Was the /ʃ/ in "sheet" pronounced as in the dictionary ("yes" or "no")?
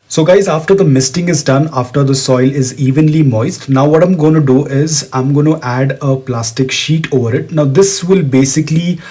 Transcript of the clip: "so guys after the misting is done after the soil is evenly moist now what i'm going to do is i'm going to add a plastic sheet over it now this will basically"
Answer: yes